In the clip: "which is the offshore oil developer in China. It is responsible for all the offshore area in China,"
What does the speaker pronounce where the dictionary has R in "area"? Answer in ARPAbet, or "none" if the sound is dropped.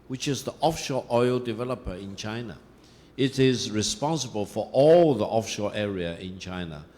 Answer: R